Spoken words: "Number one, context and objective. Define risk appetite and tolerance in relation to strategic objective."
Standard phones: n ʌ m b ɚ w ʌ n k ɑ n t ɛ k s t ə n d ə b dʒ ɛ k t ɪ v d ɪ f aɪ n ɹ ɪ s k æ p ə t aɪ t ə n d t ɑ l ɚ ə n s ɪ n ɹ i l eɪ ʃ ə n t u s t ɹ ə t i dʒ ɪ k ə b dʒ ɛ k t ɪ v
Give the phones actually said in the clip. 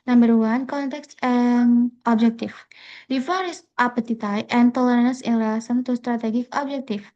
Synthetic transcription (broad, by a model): n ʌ m b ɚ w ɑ n k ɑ n t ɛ k s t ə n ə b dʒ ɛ k t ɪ f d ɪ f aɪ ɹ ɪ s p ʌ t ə t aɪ t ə n t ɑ l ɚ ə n ɪ n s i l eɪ s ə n t u s t ɹ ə t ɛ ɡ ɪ k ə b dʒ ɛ k t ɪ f